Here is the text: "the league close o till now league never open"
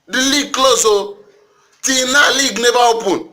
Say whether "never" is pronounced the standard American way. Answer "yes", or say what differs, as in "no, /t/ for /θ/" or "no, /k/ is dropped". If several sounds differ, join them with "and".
no, /b/ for /v/